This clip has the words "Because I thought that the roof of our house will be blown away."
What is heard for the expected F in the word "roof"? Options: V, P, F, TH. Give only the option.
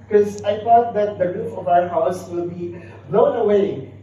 P